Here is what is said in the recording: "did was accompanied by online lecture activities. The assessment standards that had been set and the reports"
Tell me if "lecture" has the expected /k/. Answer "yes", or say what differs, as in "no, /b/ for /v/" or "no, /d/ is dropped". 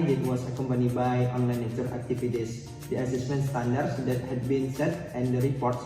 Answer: no, /k/ is dropped